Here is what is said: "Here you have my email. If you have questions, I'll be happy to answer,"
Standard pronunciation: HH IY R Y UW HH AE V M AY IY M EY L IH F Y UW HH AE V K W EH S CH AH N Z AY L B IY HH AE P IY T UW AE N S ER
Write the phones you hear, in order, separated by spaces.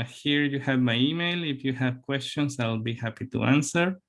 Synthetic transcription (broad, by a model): HH IY R Y UW HH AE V M AY IY M EY L IH F Y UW HH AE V K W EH S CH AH N S AY L B IY HH AE P IY T UW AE N S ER